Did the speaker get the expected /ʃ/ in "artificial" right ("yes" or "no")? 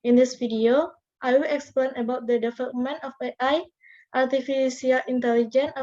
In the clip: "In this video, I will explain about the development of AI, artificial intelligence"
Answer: no